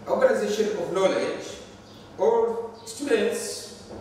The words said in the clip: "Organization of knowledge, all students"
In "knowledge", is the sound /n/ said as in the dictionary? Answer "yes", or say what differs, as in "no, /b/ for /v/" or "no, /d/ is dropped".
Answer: no, /l/ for /n/